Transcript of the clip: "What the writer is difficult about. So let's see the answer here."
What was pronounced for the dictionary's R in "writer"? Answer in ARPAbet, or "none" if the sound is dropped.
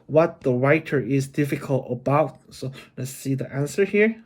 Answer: R